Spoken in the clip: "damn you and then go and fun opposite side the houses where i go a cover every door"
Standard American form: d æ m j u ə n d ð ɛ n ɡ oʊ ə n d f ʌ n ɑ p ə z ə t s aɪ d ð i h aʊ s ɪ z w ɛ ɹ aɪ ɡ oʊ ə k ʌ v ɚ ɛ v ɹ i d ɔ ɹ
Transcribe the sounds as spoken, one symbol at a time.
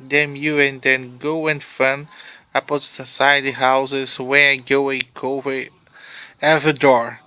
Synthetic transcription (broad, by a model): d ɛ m j u ə n d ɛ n ɡ oʊ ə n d f ʌ n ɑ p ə s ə s aɪ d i h aʊ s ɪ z w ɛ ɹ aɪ ɡ oʊ ə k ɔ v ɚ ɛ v i d ɔ ɹ